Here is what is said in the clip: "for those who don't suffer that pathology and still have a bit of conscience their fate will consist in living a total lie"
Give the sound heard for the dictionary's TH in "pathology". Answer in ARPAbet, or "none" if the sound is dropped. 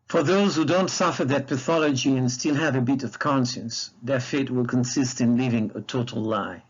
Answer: TH